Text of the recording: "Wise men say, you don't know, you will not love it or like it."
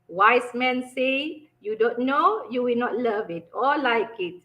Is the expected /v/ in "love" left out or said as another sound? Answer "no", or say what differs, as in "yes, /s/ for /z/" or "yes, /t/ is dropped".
no